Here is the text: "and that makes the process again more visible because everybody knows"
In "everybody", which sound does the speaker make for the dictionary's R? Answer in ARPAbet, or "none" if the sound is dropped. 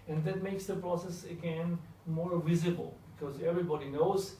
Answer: R